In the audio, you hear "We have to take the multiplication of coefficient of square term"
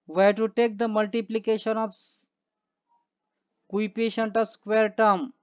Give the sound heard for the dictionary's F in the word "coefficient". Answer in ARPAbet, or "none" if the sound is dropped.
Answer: P